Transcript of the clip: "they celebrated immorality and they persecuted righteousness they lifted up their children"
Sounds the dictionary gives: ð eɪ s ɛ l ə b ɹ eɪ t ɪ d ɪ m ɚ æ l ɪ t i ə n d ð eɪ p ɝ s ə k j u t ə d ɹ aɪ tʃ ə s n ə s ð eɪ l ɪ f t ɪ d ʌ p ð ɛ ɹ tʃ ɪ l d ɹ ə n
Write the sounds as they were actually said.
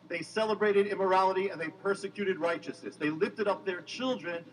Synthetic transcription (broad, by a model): ð eɪ s ɛ l ə b ɹ eɪ t ɪ d ɪ m ɚ æ l ɪ t i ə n ð eɪ p ɝ s ə k j u t ə d ɹ aɪ tʃ ə s n ə s ð eɪ l ɪ f t ɪ d ʌ p ð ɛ ɹ tʃ ɪ l d ɹ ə n